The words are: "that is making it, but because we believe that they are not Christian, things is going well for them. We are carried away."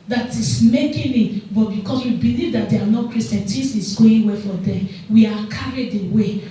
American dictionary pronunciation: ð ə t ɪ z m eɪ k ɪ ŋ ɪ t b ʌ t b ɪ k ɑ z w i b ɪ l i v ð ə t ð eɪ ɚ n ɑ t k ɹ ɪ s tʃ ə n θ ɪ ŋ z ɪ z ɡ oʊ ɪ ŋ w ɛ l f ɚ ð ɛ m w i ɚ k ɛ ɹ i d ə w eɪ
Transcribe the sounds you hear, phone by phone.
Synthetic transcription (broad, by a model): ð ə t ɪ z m eɪ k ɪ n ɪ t b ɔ t b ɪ k ɑ s w i b ɪ l i v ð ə t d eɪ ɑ n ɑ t k ɹ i s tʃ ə n s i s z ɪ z ɡ oʊ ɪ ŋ w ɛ f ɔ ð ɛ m w i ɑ k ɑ ɹ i d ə w eɪ